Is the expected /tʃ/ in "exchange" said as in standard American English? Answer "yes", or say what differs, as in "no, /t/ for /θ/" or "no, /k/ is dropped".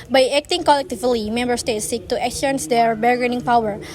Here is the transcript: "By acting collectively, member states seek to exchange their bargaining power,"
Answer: no, /tʃ/ is dropped